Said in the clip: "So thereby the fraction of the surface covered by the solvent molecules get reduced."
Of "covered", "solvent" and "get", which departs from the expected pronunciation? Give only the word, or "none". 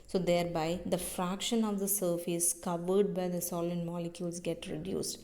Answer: solvent